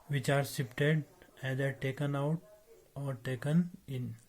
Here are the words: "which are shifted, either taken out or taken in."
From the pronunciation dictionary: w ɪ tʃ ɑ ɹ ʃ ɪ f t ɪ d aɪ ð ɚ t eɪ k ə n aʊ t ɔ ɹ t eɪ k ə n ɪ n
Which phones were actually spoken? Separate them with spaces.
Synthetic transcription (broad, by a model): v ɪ tʃ ɑ ɹ s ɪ p t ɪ d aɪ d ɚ t eɪ k ə n aʊ t ɔ ɹ t eɪ k ə n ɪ n